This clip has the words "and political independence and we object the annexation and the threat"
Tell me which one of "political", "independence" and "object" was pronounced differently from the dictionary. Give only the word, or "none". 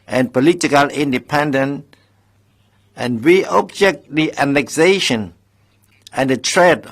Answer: independence